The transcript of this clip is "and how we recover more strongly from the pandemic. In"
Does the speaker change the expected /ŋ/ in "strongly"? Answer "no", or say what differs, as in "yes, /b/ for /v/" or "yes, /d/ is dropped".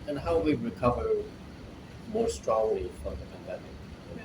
no